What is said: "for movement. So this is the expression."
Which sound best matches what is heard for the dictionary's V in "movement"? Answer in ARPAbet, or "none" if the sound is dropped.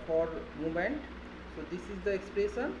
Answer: none